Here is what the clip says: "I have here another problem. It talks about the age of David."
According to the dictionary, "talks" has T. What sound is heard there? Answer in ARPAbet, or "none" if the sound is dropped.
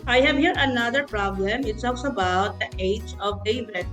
S